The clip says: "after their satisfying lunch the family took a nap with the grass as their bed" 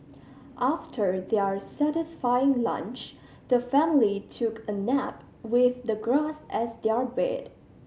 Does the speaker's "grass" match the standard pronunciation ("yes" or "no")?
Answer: yes